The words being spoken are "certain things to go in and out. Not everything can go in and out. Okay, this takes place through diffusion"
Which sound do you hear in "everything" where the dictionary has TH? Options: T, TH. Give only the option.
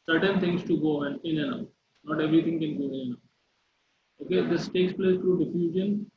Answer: T